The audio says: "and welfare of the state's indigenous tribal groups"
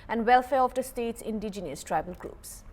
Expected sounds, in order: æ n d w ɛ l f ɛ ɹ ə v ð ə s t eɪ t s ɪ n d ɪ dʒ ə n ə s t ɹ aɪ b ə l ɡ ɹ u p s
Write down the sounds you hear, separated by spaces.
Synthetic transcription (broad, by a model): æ n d w ɛ l f ɛ ɹ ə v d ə s t eɪ t s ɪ n d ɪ dʒ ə n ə s t ɹ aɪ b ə l ɡ ɹ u p s